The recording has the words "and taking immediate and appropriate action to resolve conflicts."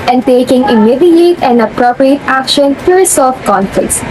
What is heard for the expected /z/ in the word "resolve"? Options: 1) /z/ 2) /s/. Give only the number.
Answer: 2